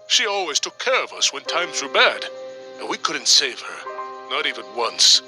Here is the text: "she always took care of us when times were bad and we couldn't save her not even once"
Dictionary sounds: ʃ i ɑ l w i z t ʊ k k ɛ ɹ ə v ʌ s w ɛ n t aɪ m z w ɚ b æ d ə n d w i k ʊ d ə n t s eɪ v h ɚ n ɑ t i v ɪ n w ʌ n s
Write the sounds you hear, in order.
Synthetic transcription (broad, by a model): ʃ i ɑ l w i z t ʊ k k ɛ ɹ ə v ʌ s w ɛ n t aɪ m z w ɚ b æ d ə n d w i k ʊ d n t s eɪ v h ɚ n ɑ t i v ɪ n w ʌ n s